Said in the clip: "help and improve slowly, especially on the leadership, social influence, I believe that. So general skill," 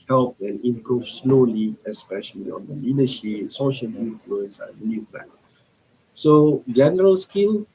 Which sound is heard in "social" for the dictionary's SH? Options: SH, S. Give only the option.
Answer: SH